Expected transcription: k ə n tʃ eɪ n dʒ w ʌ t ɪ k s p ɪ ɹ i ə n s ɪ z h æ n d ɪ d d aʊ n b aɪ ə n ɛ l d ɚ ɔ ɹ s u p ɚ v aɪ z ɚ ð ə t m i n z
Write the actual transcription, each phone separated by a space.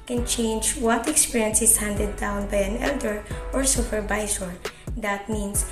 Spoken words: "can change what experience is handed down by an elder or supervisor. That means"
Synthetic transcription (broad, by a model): k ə n tʃ eɪ n dʒ w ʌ t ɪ k s p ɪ ɹ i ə n s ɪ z h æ n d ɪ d d aʊ n b aɪ ə n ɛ l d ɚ ɔ ɹ s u f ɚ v aɪ s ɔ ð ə t m i n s